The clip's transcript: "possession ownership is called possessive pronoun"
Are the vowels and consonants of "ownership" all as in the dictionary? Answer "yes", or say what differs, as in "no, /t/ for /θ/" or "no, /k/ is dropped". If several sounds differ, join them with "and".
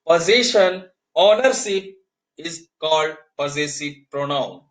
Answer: no, /s/ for /ʃ/